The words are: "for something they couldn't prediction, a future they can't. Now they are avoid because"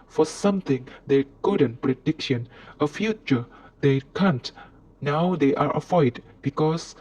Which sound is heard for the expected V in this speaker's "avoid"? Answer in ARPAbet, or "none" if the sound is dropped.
F